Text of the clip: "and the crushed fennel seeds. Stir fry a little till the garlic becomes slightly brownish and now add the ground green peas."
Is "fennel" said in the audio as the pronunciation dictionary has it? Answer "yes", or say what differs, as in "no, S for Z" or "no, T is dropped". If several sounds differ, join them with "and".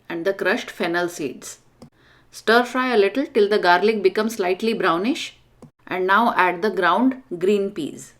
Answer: yes